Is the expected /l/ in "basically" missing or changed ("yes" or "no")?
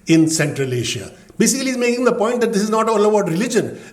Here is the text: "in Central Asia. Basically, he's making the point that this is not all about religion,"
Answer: yes